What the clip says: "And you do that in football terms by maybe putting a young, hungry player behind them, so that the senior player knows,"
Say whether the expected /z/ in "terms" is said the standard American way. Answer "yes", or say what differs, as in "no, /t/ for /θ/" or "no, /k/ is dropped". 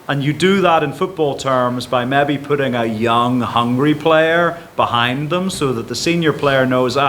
yes